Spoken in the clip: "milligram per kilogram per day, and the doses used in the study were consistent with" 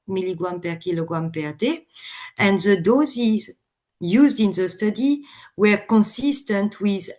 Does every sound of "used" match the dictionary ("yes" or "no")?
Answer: yes